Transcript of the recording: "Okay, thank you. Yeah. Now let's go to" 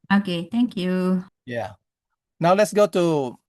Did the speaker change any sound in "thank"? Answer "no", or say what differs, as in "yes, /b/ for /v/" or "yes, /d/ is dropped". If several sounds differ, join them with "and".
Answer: yes, /t/ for /θ/